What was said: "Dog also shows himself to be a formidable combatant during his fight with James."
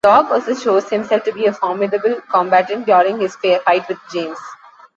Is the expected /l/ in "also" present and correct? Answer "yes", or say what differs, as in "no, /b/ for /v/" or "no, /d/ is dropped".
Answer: no, /l/ is dropped